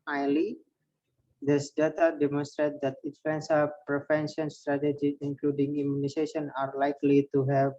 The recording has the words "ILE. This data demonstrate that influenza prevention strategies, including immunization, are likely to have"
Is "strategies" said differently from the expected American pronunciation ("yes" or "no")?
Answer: yes